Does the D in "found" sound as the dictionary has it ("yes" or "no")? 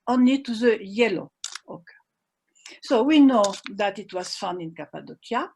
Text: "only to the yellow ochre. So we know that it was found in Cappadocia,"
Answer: no